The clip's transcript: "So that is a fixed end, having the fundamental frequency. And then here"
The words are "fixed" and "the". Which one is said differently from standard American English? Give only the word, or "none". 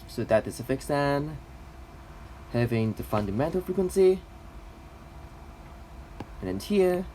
fixed